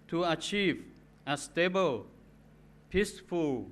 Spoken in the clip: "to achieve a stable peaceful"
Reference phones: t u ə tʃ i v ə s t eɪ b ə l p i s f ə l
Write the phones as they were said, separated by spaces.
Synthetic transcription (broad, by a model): t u ə tʃ i v ə s t eɪ b ə l p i s f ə l